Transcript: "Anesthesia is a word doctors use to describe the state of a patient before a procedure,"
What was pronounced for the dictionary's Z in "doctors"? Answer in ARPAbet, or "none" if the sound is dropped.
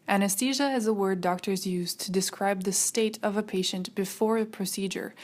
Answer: Z